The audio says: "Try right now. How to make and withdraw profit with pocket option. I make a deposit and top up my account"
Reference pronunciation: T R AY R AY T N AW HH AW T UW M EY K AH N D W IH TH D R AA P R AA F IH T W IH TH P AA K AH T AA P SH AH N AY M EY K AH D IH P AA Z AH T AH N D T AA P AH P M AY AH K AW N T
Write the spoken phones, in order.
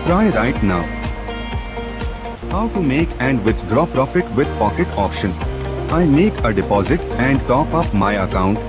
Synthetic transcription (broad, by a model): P R AY R AY T N AW HH AW T UW M EY K AH N D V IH T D R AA P R AA F IH T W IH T P AA K AH T AA P SH AH N AY M EY K AH D IH P AA Z AH T AH N D T AA P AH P M AY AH K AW N T